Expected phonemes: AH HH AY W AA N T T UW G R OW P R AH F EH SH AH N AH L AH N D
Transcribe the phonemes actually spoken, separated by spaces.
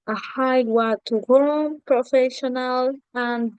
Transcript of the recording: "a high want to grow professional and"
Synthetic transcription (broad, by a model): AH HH AY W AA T T UW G OW P R AH F EH SH AH N AH L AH N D